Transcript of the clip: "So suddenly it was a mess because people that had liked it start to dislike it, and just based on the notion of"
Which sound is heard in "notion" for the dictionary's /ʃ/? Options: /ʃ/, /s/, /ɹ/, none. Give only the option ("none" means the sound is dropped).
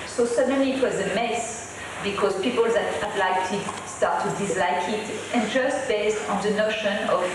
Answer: /ʃ/